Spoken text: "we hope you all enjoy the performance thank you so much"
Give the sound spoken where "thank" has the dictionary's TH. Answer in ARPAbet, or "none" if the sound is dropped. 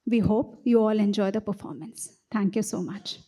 T